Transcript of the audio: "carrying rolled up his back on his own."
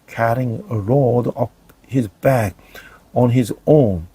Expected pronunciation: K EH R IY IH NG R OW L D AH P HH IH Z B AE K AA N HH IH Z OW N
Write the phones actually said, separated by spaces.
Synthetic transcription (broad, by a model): K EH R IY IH NG R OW D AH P HH IH Z B AE K AA N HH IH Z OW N